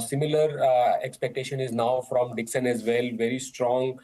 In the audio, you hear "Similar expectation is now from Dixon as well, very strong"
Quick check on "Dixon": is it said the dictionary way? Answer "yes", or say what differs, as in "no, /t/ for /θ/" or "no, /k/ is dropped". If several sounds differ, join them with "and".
yes